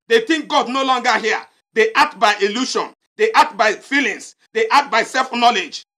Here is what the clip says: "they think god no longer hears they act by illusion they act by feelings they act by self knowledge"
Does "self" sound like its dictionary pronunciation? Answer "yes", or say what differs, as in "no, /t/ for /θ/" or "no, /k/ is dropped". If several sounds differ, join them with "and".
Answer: yes